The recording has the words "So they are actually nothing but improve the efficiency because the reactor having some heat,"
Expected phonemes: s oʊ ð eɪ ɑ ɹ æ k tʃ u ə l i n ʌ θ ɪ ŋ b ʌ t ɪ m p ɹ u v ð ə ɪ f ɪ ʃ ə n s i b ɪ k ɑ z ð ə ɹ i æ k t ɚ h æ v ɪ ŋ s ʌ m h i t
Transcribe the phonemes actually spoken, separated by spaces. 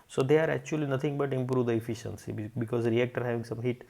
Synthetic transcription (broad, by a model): s oʊ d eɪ ɑ ɹ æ k tʃ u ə l i n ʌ t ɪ ŋ b ʌ t ɪ m p ɹ u v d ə ɪ f ɪ ʃ ə n s i b ɪ k ɑ z ɹ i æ k t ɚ h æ v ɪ ŋ s ʌ m h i t